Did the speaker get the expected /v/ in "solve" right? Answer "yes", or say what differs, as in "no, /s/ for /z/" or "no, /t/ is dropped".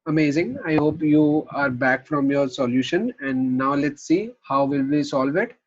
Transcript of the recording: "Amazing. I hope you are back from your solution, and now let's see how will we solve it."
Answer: yes